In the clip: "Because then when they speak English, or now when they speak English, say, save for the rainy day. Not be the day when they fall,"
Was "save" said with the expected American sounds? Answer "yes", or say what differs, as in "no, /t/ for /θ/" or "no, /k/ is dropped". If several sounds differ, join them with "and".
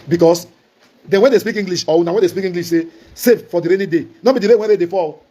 no, /f/ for /v/